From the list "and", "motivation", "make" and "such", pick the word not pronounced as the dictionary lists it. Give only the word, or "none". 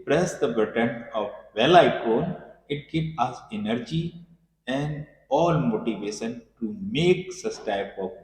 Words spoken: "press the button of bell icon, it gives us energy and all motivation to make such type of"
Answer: such